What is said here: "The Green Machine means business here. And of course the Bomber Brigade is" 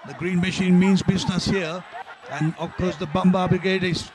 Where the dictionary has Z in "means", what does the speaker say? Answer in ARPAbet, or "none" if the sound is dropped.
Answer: Z